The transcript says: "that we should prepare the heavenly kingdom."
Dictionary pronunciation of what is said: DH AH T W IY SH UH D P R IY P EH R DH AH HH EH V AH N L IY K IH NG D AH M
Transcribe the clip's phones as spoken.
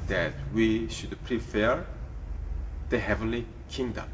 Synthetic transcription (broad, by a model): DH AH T W IY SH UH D P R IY F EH R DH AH HH EH V AH N L IY K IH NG D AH M